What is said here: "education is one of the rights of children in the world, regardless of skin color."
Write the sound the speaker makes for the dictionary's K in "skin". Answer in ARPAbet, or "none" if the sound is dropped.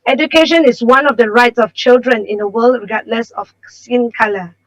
none